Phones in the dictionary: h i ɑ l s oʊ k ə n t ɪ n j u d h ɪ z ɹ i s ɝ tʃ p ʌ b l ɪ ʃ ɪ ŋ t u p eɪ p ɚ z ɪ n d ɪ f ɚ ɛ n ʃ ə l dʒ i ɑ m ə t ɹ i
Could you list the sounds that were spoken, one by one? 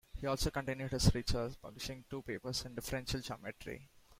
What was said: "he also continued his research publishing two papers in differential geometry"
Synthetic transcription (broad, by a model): h i ɑ l s oʊ k ə n t ɪ n j u d h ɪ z ɹ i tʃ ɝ s p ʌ b l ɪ ʃ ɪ ŋ t u p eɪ p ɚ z ɪ n d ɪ f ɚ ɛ n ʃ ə l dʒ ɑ m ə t ɹ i